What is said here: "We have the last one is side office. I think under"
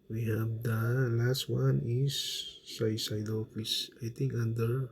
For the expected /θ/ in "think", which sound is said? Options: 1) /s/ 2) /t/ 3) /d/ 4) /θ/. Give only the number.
2